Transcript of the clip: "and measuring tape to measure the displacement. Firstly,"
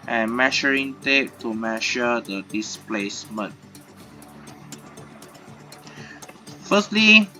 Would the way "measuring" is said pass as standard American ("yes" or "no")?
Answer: no